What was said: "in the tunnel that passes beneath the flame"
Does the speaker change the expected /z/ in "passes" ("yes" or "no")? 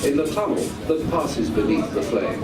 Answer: no